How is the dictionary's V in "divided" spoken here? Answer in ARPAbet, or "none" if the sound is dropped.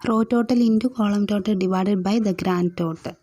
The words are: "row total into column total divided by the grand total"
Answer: V